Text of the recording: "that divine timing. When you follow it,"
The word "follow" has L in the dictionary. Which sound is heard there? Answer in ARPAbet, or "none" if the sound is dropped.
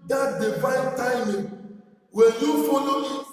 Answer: N